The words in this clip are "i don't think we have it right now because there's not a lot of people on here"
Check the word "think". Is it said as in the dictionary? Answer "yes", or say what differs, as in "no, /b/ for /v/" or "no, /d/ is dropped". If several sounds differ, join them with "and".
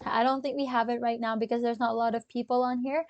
yes